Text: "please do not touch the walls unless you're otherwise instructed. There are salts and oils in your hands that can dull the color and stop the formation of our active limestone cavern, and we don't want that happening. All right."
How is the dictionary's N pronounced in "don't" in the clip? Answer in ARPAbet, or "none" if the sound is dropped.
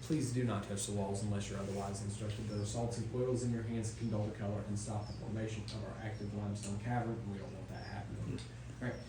L